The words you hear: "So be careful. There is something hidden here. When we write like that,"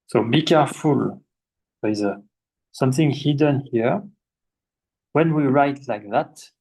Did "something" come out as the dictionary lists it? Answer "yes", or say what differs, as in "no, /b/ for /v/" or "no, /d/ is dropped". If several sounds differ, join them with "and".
yes